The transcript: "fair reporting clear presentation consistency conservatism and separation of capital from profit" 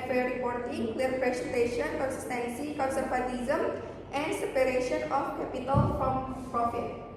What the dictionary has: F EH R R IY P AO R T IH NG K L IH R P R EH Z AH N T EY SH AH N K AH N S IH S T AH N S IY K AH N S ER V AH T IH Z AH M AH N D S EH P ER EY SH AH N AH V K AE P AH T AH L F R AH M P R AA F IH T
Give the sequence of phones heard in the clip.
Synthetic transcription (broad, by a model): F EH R R IY P AO R T IH NG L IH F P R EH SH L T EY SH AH N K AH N S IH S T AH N S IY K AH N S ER P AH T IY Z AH M AH N D S EH P ER EY SH AH N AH F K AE P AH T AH L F R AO M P R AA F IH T